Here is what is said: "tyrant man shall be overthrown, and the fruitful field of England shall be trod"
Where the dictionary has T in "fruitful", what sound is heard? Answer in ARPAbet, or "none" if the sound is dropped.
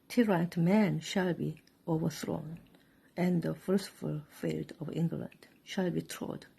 S